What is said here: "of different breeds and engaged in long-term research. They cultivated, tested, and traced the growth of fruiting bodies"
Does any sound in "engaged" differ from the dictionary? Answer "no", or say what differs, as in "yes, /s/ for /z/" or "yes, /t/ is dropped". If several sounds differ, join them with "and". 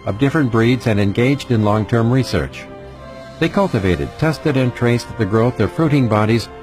no